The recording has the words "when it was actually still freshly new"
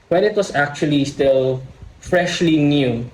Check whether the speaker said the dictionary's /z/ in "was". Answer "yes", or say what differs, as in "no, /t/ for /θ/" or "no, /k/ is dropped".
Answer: no, /s/ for /z/